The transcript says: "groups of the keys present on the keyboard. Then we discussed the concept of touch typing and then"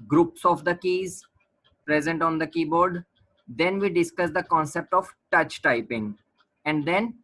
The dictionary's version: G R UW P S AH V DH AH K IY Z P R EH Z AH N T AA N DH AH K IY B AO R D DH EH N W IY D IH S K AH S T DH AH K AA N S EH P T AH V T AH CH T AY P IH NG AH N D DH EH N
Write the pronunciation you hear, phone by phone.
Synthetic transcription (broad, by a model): G R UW P S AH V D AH K IY Z P R EH Z AH N T AA N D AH K IY B AO R D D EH N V IY D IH S K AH S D AH K AA N S EH P T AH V T AH CH T AY P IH NG AH N D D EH N